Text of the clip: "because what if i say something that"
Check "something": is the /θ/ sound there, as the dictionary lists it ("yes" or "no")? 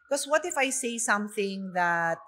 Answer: yes